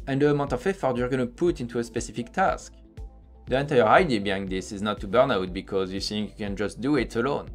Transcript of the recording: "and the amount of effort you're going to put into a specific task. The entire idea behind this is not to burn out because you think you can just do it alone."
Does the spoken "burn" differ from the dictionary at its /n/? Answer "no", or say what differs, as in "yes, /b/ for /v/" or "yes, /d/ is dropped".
no